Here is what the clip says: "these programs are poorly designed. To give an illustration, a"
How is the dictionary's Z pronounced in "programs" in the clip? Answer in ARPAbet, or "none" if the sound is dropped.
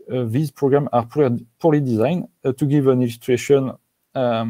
none